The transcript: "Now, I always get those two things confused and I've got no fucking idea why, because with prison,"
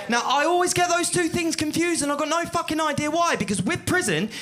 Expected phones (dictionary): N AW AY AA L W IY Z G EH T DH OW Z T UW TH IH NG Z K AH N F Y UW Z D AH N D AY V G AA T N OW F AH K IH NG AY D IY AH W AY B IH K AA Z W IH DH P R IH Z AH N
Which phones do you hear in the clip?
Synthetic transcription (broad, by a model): N AW AY AA L W IY Z G EH T DH OW Z T UW TH IH NG Z K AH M F Y UW Z D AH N AY G AA T N OW F AH K IH NG AY D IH AH W AY B IH K AA Z W IH DH P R IH Z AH N